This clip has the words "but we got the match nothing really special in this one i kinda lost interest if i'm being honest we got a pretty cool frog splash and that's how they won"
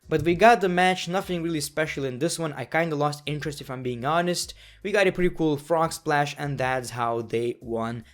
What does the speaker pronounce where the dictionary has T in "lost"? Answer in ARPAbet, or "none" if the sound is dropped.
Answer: T